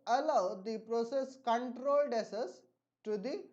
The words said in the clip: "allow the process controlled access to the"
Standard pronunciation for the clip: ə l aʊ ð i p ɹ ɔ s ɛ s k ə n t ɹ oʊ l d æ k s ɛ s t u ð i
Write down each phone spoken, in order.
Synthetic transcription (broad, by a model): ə l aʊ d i p ɹ ɔ s ɛ s k ə n t ɹ oʊ l d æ s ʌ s t u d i